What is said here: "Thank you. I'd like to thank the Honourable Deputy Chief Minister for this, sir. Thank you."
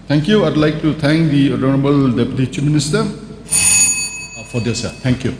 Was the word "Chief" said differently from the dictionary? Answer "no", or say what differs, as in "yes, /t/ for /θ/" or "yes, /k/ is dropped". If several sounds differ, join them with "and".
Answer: yes, /p/ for /f/